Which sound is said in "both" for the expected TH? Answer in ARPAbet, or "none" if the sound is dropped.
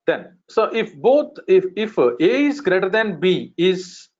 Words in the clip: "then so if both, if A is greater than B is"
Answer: F